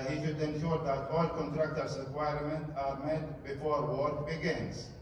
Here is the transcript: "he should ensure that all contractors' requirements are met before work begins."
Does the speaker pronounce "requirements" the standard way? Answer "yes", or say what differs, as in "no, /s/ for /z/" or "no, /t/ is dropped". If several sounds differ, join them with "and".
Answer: no, /s/ is dropped